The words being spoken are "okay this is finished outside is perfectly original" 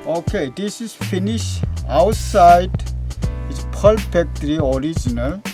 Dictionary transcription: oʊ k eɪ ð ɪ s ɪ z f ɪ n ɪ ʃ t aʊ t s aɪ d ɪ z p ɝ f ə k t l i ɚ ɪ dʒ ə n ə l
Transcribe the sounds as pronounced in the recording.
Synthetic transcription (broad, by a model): oʊ k eɪ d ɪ s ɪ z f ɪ n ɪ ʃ aʊ t s aɪ d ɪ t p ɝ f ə k t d i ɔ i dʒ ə n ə l